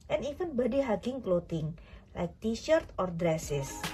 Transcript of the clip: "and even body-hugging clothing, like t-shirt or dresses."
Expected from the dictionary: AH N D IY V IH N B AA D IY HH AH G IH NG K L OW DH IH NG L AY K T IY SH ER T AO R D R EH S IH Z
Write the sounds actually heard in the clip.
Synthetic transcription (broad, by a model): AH N IY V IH N B AA D IY HH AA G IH NG K L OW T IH NG L AY K T IY SH ER T AO R D R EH S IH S